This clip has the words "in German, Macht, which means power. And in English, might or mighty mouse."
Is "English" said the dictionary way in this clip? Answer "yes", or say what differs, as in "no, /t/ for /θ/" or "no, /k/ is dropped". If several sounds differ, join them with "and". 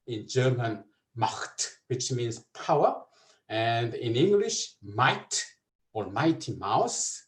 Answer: yes